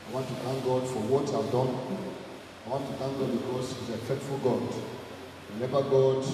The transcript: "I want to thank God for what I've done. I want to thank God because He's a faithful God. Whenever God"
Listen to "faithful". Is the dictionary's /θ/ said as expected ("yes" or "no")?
no